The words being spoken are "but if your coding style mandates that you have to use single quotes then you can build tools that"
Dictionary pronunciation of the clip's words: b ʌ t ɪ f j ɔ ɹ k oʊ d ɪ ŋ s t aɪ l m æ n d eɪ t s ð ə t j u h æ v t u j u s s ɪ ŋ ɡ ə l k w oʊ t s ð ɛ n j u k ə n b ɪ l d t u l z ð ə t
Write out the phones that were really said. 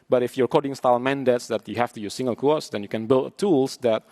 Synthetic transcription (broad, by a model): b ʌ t ɪ f j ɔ ɹ k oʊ d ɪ ŋ s t aɪ l m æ n d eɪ t s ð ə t j u h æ f t u j u s s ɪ ŋ ɡ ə l k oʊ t s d ɛ n j u k ə n b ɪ l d t u l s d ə t